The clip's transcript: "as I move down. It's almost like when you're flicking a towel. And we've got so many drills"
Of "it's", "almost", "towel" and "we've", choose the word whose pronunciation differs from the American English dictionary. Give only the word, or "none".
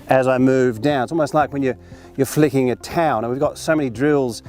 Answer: towel